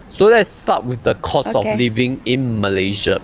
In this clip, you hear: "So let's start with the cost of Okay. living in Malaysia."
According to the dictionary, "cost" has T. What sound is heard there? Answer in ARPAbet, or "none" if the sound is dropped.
none